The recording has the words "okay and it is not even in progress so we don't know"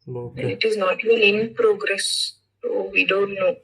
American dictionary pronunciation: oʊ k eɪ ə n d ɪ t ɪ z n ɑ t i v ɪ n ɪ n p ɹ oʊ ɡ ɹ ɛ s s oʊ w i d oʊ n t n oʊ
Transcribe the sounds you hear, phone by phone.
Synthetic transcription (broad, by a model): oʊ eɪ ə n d ɪ t ɪ z n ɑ t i ɪ l ɪ n p ɹ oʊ ɡ ɹ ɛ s s oʊ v i d oʊ n t n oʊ